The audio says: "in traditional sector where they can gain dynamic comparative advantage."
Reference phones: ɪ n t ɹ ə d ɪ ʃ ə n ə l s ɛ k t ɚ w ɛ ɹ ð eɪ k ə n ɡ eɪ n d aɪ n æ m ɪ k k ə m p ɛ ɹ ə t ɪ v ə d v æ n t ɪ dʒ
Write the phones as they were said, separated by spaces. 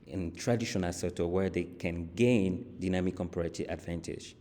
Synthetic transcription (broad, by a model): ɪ n t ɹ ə d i ʃ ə n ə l s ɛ t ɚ w ɛ ɹ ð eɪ k ə n ɡ eɪ n d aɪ n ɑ m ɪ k k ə m p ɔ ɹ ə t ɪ ə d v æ n t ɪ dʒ